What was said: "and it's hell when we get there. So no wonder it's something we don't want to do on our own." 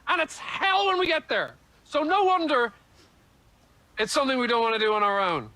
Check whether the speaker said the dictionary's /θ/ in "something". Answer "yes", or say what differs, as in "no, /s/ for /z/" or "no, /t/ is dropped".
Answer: yes